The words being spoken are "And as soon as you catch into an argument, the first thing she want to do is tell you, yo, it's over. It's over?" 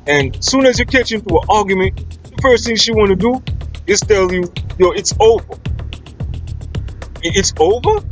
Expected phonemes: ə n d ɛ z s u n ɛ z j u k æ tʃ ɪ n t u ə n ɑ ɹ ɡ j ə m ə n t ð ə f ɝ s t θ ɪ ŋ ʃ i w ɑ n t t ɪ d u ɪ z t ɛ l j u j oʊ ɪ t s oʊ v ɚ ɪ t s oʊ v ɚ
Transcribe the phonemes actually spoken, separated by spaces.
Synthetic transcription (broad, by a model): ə n s u n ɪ z j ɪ k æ tʃ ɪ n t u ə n ɑ ɹ ɡ j ə m ə n t ð ə f ɝ s t θ ɪ ŋ ʃ i w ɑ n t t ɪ d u ɪ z t ɛ l j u j oʊ ɪ t s oʊ v ɚ ɪ t s oʊ v ɚ